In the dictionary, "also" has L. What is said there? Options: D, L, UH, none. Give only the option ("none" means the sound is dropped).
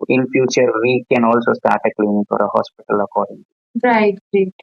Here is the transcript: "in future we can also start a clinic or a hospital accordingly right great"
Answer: L